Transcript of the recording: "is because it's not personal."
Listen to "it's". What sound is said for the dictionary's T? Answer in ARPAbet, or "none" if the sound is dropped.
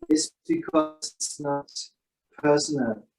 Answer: S